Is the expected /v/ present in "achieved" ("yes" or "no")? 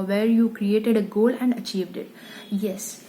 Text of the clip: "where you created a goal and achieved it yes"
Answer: yes